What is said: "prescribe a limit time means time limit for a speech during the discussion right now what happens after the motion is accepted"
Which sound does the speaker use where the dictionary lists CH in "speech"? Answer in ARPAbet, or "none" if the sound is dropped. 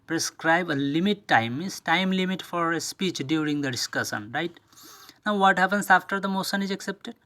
CH